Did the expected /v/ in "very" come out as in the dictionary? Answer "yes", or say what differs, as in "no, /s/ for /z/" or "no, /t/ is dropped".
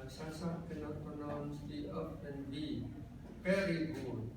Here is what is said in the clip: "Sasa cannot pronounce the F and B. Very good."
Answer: no, /p/ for /v/